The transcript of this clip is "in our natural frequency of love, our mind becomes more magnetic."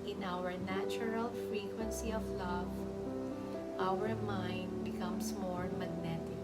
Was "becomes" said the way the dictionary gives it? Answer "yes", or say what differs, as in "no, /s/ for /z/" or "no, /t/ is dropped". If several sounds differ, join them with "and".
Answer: no, /s/ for /z/